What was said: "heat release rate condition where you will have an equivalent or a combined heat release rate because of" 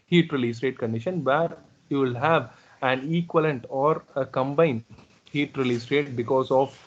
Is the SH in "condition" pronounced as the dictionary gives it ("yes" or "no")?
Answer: yes